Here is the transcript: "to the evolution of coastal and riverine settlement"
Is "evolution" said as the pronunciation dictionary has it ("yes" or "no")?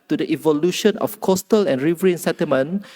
yes